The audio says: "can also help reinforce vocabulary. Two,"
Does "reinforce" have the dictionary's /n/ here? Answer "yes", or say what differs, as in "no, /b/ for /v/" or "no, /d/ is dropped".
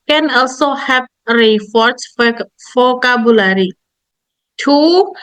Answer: no, /n/ is dropped